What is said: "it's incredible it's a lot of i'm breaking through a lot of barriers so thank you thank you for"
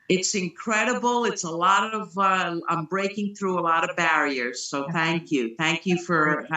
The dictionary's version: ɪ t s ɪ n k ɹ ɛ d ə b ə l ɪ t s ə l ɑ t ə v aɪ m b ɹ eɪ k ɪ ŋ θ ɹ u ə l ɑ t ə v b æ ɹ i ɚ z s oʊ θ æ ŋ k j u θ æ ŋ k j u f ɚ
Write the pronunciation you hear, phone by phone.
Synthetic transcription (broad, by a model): ɪ t s ɪ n k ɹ ɛ d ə b l ɪ t s ə l ɑ t ə v aɪ m b ɹ eɪ k ɪ ŋ θ ɹ u ə l ɑ t ə v b æ ɹ i ɚ z s oʊ θ æ ŋ k j u θ æ ŋ k j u f ɚ